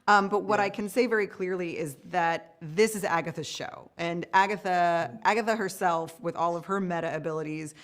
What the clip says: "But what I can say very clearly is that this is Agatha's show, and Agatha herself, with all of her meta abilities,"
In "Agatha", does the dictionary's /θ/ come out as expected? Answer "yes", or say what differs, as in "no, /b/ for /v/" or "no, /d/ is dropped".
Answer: yes